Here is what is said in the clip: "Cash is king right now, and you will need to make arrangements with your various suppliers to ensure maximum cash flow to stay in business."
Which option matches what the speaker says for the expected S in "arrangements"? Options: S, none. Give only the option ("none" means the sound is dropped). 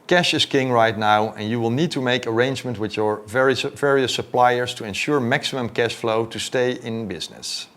none